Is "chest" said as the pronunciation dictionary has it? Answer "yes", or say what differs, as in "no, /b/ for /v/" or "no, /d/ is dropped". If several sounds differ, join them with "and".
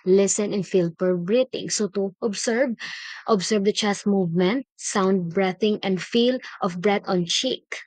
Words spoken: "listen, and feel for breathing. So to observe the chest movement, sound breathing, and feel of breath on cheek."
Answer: no, /s/ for /tʃ/